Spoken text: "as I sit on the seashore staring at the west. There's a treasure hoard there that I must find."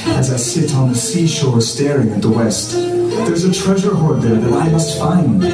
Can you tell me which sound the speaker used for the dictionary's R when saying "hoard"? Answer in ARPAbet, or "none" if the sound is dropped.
R